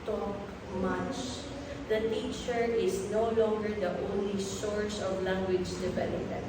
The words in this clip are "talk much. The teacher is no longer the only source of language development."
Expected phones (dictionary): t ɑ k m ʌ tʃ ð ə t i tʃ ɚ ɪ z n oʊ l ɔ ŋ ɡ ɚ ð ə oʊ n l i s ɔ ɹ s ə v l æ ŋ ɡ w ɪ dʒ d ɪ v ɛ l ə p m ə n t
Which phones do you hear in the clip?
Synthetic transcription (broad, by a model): t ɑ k m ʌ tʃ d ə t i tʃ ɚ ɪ s n oʊ l ɔ ŋ ɡ ɚ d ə oʊ n l i s ɔ ɹ s ə v l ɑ ŋ ɡ w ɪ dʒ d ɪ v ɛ l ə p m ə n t